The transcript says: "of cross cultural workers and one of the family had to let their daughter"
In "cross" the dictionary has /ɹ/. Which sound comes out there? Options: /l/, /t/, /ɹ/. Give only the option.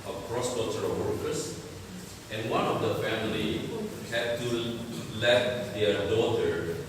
/ɹ/